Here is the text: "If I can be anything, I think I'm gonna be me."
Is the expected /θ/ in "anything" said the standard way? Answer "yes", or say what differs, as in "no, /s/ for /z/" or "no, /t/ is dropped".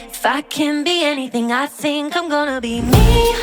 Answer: yes